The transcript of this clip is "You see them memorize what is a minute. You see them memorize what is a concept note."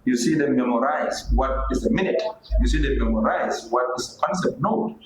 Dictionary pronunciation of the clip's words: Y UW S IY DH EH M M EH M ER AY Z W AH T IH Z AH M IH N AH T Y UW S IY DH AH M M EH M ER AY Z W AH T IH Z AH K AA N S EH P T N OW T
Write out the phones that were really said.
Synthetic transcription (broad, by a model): Y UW S IY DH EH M M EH M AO AY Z W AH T IH Z AH M IH N AH T Y UW S IY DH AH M M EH M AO AY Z W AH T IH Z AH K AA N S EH T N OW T